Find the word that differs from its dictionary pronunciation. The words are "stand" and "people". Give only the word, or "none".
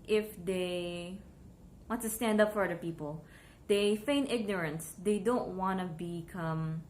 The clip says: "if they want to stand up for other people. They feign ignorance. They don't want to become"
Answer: none